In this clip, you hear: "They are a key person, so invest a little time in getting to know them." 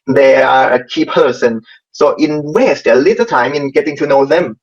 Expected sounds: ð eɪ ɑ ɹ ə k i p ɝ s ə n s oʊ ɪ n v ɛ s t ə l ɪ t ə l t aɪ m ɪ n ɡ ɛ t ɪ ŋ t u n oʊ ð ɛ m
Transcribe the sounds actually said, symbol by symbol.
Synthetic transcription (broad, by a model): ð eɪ ɑ ɹ ə k i p ɝ s ə n s oʊ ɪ n w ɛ s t ə l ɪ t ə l t aɪ m ɪ n ɡ ɛ t ɪ ŋ t u n oʊ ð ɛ m